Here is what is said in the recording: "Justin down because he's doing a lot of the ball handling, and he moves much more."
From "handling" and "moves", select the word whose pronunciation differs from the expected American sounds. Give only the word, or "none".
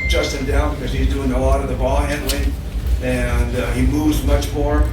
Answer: none